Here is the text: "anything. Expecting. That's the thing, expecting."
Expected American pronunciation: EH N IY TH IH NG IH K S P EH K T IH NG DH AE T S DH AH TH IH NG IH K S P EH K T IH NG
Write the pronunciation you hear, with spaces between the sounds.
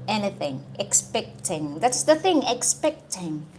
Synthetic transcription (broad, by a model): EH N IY TH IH NG IH K S P EH K T IH NG DH AE T S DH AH TH IH NG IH K S P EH K T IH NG